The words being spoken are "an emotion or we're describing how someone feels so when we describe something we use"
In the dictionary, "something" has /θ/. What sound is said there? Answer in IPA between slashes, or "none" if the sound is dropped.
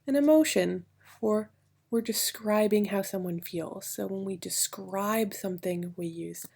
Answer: /θ/